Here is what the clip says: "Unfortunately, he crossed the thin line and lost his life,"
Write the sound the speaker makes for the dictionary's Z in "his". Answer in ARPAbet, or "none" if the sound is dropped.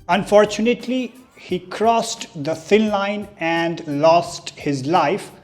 Z